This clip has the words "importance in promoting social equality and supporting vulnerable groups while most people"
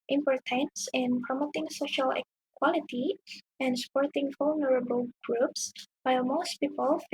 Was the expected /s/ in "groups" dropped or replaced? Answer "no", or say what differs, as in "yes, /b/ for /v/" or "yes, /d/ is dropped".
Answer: no